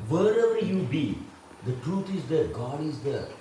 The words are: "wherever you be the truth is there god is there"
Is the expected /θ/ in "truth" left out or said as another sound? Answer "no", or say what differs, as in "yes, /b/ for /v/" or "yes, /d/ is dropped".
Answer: yes, /t/ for /θ/